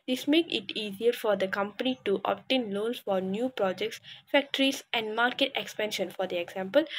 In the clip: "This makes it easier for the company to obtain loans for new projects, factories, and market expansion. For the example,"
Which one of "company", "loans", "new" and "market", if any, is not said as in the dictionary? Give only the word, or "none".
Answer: loans